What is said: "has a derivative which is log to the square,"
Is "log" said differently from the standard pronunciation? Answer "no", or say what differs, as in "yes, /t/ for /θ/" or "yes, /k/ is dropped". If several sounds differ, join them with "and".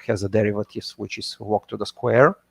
yes, /w/ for /l/